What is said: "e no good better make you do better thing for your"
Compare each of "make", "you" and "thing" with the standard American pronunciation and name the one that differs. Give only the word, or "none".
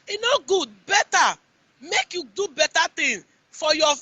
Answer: thing